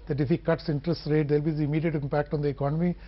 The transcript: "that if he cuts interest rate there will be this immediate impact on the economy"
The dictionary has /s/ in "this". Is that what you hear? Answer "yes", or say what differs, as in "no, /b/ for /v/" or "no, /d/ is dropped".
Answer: no, /s/ is dropped